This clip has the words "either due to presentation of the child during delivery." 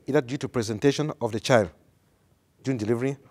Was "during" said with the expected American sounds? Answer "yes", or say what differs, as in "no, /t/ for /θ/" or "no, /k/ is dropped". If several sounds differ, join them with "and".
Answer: no, /ɹ/ is dropped